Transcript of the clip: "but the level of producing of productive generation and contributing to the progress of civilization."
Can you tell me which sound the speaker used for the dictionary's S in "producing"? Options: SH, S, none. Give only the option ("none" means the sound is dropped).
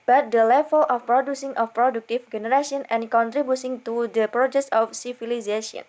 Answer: S